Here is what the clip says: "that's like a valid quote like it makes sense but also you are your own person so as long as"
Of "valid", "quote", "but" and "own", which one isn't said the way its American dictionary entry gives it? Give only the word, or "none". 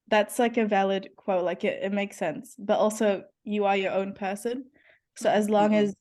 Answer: none